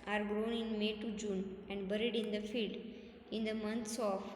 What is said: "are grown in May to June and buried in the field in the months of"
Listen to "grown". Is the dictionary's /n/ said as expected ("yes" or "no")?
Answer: yes